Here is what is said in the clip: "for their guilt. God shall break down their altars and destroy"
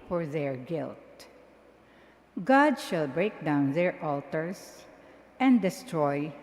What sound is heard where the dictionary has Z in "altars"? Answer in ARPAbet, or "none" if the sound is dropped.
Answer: S